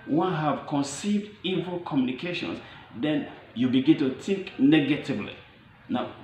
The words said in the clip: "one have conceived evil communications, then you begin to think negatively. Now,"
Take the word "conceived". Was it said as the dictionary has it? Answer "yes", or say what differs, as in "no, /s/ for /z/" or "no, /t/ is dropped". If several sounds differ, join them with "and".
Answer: yes